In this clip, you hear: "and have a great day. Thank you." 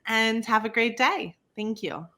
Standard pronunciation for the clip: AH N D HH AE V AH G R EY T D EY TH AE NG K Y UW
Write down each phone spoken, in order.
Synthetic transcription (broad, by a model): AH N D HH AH V AH G R EY T D EY TH AE NG K Y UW